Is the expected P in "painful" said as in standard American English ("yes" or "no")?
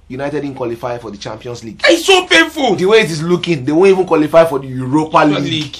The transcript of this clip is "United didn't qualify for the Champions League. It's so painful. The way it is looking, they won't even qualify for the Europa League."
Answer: no